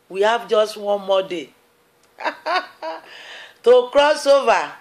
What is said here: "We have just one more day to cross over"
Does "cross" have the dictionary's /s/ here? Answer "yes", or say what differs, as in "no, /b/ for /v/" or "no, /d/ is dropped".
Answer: yes